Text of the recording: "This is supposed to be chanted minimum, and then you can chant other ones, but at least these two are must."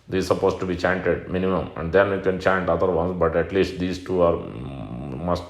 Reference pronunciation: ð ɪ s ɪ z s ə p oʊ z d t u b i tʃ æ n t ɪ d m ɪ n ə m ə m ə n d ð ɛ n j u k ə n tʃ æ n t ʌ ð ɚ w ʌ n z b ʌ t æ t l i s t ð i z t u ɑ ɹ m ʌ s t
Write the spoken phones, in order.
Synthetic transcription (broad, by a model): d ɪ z s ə p oʊ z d t u b i tʃ æ n t ɪ d m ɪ n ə m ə m ə n d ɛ n j u k ə n tʃ æ n t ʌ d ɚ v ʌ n s b ʌ t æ t l i s t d i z t u ɑ ɹ m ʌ s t